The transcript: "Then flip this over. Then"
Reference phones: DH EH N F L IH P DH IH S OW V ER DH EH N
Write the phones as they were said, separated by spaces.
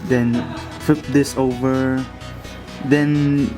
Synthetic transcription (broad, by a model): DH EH N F IH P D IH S OW V ER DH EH N